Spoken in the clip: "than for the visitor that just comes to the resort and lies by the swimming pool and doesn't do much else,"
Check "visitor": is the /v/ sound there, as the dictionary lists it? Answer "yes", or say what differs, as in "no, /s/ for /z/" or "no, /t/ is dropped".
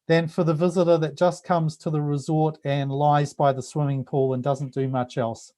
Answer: yes